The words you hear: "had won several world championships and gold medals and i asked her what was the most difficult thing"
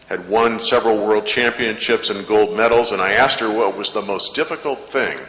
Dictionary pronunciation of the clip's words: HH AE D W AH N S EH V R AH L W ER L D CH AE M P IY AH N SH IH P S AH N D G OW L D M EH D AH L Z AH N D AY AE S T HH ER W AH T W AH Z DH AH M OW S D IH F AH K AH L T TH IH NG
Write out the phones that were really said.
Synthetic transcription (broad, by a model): HH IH D W AH N S EH V R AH L W ER L D CH AE M P IY AH N SH IH P S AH N G OW L D M EH D L Z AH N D AY AE S T HH ER W AH T W AH Z DH AH M OW S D IH F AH K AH L T TH IH NG